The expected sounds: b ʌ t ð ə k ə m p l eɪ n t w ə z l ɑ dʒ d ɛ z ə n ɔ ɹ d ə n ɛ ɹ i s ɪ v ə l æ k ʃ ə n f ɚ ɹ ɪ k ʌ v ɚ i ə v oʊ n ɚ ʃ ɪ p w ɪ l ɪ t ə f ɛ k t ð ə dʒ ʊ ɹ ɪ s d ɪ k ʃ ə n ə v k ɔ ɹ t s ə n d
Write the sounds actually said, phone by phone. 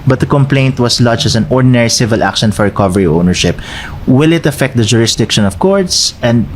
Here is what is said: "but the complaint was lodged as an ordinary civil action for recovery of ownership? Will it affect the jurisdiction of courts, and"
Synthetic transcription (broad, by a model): b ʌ t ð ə k ə m p l eɪ n t w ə s l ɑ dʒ ɛ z ə n ɔ ɹ d ə n ɛ ɹ i s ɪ v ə l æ k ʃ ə n f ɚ ɹ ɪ k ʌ v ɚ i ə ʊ n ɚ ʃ ɪ p w ɪ l ɪ t ə f ɛ k t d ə dʒ ʊ ɹ ɪ s d ɪ k ʃ ə n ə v k ɔ ɹ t s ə n d